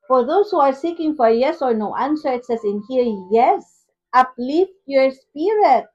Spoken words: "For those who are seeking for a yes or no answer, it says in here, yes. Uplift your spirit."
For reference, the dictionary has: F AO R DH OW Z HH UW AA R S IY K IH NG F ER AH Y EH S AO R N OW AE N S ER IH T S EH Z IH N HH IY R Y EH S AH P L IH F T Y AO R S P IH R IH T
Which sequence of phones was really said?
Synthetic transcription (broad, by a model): F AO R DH OW S HH UW AA R S IY K IH NG F AH Y EH S AO R N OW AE N S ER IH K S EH S IH N HH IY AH Y EH S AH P L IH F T Y AO R S P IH R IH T